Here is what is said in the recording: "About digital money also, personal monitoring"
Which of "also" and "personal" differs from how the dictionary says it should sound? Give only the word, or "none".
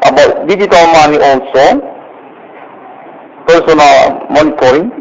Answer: also